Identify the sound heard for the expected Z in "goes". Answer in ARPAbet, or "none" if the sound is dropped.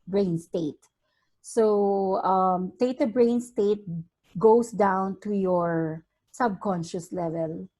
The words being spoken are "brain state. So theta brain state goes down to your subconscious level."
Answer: S